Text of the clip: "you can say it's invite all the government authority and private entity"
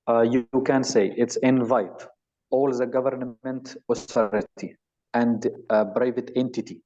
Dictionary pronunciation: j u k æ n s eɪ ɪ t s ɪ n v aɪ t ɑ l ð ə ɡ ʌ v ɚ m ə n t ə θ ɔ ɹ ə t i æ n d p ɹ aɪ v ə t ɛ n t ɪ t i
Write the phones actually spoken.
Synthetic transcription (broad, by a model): j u k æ n s eɪ ɪ t s ɪ n v aɪ t ɑ l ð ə ɡ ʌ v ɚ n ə n t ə t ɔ ɹ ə t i æ n d b ɹ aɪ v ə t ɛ n t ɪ t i